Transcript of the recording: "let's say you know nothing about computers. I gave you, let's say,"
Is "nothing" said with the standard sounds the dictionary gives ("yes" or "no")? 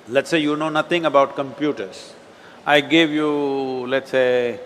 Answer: no